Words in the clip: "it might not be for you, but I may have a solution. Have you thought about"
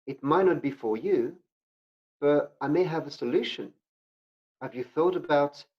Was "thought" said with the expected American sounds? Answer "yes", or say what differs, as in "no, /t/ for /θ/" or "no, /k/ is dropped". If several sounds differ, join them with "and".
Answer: yes